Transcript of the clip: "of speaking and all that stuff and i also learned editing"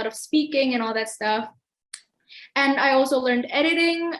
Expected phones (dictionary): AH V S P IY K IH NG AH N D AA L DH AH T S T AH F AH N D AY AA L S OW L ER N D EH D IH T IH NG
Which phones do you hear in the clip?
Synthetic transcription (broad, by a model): AH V S P IY K IH NG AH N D AA L DH AH T S T AH F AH N AY AA L S OW L ER N D EH D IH T IH NG